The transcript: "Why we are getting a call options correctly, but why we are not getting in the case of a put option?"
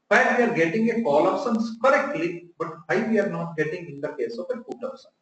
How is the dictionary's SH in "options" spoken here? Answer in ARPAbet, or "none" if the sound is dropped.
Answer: S